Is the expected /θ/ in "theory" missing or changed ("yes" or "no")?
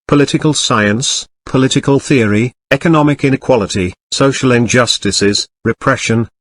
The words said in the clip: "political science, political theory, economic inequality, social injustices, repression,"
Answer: no